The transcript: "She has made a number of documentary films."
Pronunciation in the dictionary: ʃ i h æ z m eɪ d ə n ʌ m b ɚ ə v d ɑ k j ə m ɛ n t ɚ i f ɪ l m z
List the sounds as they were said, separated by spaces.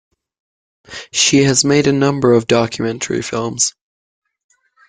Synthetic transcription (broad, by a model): ʃ i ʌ z m eɪ d ə n ʌ m b ɚ ə v d ɑ k j ə m ɛ n t ɚ i f ɪ l m z